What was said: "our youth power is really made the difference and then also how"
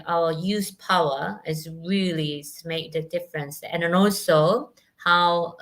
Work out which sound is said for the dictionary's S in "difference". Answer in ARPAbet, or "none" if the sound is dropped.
S